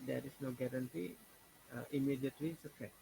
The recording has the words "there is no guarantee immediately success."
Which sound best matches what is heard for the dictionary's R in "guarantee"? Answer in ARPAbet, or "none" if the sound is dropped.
R